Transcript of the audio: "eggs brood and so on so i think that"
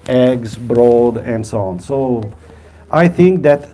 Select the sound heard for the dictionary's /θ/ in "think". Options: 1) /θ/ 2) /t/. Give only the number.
1